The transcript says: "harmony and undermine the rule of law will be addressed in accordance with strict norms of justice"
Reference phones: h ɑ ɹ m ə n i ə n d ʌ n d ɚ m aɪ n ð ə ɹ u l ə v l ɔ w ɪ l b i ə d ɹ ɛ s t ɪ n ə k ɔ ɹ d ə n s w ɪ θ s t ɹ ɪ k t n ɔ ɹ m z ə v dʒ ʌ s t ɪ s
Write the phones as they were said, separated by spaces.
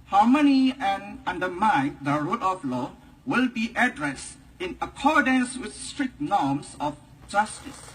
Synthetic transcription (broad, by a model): h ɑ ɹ m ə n i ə n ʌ n d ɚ m aɪ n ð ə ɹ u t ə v l ɔ w ɪ l b i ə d ɹ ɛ s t ɪ n ə k ɔ ɹ d ə n s w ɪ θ s t ɹ ɪ k t n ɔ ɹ m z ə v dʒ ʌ s t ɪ s